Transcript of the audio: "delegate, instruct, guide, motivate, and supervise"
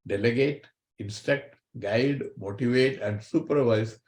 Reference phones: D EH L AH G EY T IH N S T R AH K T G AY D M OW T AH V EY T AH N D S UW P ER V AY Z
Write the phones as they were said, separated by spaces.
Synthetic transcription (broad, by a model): D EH L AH G EY T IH N S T EH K T G AY D M OW T AH V EY T AH N D S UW P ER V AY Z